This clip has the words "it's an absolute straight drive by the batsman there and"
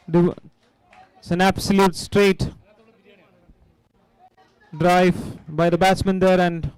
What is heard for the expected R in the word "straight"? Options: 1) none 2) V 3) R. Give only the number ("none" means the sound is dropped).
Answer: 3